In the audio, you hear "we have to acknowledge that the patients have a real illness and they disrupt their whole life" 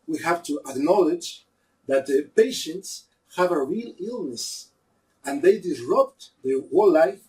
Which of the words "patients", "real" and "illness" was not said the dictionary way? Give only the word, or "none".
none